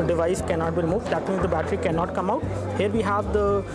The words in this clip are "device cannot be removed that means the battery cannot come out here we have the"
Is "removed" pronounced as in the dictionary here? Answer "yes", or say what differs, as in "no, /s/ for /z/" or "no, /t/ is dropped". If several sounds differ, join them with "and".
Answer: yes